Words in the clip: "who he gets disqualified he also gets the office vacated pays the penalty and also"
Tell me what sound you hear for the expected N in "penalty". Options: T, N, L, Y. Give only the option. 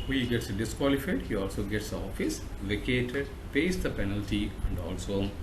N